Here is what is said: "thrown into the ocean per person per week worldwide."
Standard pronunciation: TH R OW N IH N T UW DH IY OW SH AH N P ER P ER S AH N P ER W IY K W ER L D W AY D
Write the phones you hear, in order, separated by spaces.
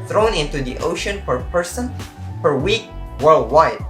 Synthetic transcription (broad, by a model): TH R OW N IH N T UW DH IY OW SH AH N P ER P ER S AH N P ER W IY K W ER L D W AY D